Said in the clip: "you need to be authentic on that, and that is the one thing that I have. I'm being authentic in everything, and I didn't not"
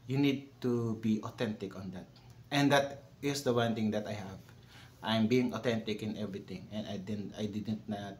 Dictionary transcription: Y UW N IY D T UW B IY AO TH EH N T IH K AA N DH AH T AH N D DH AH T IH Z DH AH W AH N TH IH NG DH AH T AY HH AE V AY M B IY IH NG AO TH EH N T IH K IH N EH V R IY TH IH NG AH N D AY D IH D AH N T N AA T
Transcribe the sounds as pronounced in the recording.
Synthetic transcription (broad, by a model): Y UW N IY D T UW B IY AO T EH N T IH K AA N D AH T AH N D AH T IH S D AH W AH N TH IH NG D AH T AY HH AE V AY M B IY IH NG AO T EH N T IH K IH N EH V R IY T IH NG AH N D AY D IH D AH N T N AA T